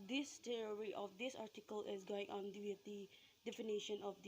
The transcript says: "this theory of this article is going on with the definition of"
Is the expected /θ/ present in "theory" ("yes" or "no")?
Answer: no